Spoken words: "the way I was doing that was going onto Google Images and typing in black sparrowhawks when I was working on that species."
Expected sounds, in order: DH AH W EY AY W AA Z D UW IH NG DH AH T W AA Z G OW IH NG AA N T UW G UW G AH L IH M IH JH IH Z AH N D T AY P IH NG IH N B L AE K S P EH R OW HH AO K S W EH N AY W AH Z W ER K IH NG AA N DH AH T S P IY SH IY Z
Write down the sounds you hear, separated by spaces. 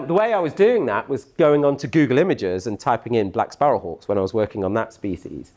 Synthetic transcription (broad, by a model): DH AH W EY AY W AA Z D UW IH NG DH AH T W AA Z G OW IH NG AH N T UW G UW G AH L IH M IH JH IH Z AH N T AY P IH NG IH N B L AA K S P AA R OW HH AO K S W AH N AY W AH Z W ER K IH NG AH N DH AH T S P IY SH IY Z